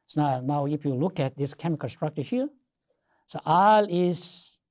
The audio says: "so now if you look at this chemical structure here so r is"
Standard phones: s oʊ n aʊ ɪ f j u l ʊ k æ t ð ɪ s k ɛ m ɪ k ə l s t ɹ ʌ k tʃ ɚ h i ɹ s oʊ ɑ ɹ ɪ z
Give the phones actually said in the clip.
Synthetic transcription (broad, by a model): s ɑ n aʊ ɪ f j u l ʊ k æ t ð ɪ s k ɛ m ɪ k ə l s t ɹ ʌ k tʃ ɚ h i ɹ s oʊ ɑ l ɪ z